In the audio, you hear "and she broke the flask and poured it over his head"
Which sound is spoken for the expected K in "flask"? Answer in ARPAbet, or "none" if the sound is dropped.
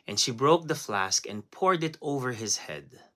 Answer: K